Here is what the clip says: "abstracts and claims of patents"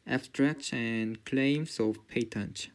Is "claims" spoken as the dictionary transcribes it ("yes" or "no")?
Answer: no